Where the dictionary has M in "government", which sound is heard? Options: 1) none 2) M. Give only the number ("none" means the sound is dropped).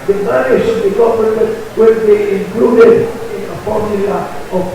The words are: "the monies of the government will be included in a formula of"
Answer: 1